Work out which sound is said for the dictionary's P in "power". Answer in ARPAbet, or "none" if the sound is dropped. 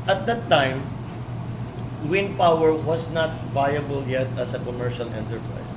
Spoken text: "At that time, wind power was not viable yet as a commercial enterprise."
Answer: P